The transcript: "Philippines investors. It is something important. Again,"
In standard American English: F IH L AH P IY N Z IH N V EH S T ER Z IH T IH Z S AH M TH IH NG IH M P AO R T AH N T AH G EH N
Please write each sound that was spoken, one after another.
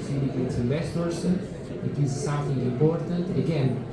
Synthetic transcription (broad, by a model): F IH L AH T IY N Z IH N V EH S S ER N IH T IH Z S AH M TH IH NG IH M P AO R T AH N T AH G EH N